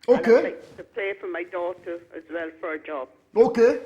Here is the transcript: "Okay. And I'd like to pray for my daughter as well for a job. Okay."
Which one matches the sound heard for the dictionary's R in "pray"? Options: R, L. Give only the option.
L